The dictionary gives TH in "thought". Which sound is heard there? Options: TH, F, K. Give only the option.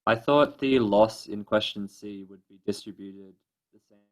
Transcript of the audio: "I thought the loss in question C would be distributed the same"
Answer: TH